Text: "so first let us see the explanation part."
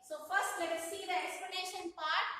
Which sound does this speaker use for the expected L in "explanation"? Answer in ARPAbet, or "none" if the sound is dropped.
none